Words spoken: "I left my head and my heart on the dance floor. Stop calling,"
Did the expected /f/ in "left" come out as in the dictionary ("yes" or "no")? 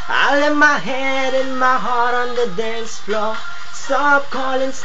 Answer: no